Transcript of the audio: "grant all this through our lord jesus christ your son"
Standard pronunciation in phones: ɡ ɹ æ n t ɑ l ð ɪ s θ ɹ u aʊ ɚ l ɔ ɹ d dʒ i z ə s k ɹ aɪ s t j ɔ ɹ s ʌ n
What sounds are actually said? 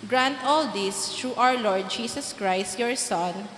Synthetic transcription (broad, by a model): ɡ ɹ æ n t ɑ l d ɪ s t ɹ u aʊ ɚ l ɔ ɹ d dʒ i s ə s k ɹ aɪ s t j ɔ ɹ s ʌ n